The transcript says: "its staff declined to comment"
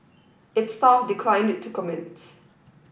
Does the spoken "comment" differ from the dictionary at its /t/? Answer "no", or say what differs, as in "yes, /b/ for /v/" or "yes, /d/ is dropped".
no